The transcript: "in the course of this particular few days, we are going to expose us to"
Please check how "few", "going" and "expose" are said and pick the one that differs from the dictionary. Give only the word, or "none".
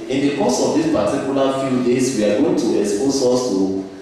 expose